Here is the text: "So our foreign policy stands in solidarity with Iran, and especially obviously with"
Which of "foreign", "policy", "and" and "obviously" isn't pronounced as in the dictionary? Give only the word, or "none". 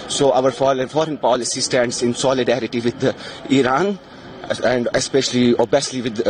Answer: obviously